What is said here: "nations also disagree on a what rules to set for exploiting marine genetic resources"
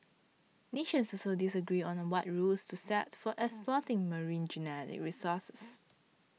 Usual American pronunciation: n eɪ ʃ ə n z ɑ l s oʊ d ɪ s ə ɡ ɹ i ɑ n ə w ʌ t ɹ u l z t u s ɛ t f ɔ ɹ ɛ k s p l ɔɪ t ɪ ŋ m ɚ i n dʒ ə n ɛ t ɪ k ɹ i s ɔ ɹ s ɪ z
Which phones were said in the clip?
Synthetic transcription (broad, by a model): n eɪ ʃ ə n s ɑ s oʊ d ɪ s ə ɡ ɹ i ɑ n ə w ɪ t ɹ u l s t u s ɛ t f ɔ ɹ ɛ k s p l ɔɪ t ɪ ŋ m ɚ i n dʒ ə n ɛ t ɪ k ɹ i s ɔ s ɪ s